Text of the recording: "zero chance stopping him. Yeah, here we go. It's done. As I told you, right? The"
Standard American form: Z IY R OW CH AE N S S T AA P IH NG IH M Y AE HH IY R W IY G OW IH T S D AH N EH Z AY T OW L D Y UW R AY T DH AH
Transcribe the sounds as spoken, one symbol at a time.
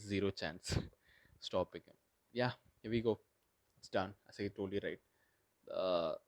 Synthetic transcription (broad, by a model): Z IY R OW CH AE N S S T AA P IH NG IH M Y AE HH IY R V IY G OW IH T S D AH N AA S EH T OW D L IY R AY T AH